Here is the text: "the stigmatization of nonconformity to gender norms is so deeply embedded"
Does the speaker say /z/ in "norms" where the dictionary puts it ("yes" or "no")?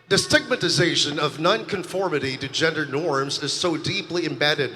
yes